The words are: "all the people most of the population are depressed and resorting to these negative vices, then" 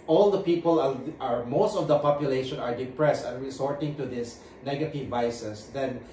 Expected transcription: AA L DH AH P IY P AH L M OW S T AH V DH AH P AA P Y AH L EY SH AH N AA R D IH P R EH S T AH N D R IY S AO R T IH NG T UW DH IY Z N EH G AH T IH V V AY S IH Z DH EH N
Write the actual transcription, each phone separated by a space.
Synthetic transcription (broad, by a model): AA L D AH P IY P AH L M OW S T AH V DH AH P AA P Y AH L EY SH AH N AA R D IH P R EH S T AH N R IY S AO R T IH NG T UW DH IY S N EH G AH T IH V V AY S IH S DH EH N